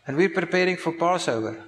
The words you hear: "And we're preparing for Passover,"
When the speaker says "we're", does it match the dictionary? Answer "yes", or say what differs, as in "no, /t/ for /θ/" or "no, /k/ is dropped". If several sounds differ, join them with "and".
yes